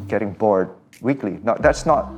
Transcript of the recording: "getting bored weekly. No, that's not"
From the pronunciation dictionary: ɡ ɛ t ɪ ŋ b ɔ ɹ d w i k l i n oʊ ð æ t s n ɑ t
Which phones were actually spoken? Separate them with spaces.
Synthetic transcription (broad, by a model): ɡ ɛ t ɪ ŋ b ɔ ɹ d w i k l i n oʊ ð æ t s n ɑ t